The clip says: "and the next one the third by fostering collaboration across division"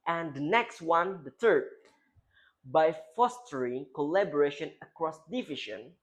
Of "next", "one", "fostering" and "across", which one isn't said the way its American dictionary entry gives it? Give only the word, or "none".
none